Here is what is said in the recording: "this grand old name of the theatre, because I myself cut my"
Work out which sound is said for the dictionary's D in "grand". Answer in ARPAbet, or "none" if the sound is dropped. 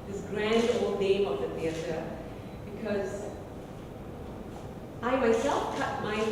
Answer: D